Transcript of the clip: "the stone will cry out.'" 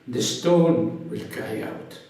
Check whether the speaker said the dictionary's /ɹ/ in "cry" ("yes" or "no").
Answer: no